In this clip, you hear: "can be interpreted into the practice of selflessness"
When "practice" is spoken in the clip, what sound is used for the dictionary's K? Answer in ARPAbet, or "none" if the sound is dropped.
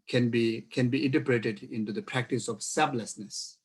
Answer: K